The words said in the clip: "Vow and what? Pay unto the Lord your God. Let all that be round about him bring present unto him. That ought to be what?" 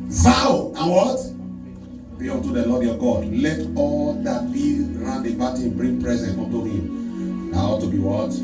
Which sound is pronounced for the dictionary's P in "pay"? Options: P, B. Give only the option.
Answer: B